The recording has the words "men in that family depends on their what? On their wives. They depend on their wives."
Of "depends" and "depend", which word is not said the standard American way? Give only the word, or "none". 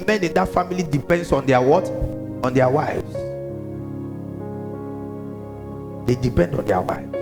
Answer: depends